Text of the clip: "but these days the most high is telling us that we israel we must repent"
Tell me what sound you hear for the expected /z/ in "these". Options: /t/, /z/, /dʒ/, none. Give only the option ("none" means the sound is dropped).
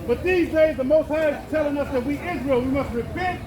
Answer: /z/